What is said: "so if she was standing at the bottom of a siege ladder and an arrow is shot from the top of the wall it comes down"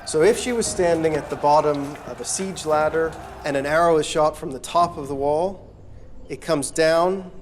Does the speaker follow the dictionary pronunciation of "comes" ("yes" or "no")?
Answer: yes